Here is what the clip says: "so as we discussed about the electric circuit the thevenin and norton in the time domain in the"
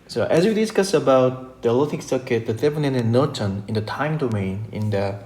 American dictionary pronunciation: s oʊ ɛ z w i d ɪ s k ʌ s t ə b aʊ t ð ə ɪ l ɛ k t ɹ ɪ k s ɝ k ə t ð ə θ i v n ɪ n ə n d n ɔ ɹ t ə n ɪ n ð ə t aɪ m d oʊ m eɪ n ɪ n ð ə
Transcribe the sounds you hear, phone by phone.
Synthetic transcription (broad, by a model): s oʊ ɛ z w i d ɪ s k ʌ s ə b aʊ t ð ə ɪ l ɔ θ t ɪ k s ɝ k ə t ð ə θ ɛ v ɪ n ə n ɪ n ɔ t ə n ɪ n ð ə t aɪ m d oʊ m eɪ n ɪ n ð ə